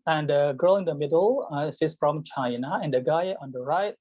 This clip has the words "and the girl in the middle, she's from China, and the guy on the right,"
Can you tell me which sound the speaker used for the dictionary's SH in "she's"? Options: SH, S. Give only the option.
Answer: S